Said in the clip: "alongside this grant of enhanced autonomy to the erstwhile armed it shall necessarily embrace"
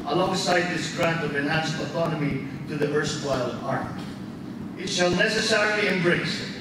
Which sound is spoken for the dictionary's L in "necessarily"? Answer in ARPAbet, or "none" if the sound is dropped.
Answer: L